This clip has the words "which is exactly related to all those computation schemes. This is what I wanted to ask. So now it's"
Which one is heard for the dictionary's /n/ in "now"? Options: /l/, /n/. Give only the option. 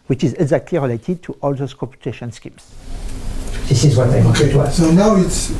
/n/